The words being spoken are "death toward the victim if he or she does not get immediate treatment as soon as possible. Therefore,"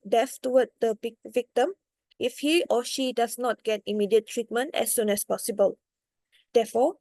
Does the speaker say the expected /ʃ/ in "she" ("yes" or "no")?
yes